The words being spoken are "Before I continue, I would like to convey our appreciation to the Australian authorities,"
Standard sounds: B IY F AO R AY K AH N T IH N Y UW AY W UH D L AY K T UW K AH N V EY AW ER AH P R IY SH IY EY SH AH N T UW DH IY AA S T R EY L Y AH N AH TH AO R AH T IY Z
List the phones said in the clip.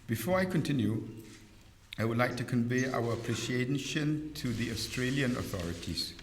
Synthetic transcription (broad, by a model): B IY F AO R AY K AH N T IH N Y UW AY W UH D L AY K T UW K AH N V EY AW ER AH P R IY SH IY EY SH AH N T UW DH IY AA S T R EY L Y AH N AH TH AO R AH T IY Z